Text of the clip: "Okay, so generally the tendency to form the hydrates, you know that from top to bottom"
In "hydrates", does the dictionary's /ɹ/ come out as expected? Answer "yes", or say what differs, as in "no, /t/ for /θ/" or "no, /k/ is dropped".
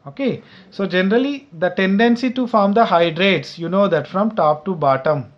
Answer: yes